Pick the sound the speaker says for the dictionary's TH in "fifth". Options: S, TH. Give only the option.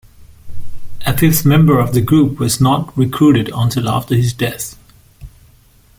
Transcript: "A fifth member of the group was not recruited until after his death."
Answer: S